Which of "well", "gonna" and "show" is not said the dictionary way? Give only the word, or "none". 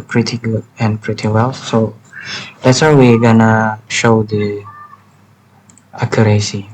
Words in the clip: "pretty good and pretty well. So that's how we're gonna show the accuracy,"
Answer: none